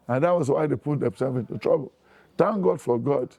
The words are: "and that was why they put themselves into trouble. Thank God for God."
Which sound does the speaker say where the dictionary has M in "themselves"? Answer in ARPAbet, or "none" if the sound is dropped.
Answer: none